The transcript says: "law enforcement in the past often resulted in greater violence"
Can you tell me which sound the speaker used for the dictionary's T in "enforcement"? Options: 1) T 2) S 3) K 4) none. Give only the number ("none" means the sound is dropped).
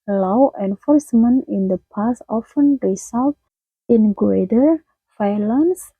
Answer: 4